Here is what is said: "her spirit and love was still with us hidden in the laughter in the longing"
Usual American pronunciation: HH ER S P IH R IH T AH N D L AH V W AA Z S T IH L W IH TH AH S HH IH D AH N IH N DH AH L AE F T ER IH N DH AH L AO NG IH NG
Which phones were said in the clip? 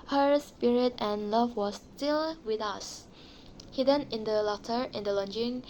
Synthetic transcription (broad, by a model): HH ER S P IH R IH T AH N L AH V W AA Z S T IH L W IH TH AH S HH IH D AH N IH N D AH L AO T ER IH N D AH L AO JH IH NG